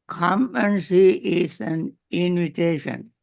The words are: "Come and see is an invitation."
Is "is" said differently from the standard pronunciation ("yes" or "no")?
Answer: yes